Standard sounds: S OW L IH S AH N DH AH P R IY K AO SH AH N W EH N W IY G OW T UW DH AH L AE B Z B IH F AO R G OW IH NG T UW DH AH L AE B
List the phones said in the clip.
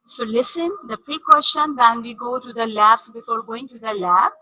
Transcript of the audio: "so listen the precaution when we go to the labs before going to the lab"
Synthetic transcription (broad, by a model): S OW L IH S AH N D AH P R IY K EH S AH N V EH N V IY G OW T UW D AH L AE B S B IH F AO R G OW IH NG T UW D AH L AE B